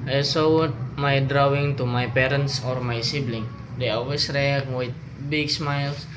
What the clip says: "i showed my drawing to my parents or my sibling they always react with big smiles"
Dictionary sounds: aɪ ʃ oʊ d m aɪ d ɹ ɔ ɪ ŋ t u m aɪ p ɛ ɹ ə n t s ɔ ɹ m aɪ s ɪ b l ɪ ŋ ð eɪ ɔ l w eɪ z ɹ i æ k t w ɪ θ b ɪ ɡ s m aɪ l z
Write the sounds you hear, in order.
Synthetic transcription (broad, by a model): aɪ s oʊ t m aɪ d ɹ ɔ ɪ ŋ t u m aɪ p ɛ ɹ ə n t s ɔ ɹ m aɪ s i b l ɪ ŋ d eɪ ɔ l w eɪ s ɹ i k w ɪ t b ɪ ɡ s m aɪ l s